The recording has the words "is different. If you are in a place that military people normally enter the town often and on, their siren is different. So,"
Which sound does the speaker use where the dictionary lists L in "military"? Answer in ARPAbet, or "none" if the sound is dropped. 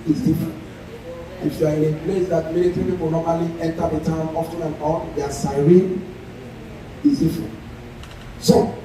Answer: N